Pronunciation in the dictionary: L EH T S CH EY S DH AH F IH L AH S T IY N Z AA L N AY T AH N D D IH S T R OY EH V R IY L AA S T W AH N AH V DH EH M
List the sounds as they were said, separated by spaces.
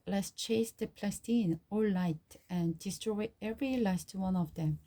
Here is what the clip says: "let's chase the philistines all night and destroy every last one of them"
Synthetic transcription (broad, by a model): L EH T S CH EY S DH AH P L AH S T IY N AA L L AY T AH N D D IH S T R OY EH V R IY L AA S T W AH N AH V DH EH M